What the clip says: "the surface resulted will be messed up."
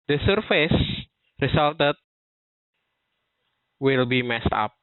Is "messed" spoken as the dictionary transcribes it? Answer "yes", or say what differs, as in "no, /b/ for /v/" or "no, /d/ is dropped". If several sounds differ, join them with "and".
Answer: yes